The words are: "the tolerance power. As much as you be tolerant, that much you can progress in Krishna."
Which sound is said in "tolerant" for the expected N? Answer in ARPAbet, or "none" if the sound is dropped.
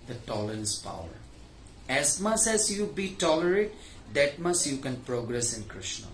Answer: none